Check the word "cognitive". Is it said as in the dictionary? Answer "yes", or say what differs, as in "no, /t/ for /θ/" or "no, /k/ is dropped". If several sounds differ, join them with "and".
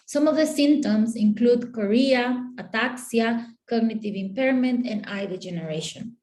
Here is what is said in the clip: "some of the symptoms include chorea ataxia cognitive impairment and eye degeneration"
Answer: yes